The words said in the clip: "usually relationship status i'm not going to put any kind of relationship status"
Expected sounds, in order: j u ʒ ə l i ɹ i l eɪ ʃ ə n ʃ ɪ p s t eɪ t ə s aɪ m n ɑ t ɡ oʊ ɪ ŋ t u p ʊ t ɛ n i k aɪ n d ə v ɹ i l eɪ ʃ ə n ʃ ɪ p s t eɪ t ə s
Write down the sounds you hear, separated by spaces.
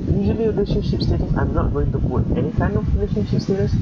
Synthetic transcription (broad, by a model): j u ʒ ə l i ɹ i l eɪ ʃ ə n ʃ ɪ p s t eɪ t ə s aɪ m n ɑ t ɡ oʊ ɪ ŋ t u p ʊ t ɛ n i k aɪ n ə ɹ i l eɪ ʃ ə n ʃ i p s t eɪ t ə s